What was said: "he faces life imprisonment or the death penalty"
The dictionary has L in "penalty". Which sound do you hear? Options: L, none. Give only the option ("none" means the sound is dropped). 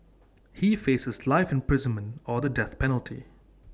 L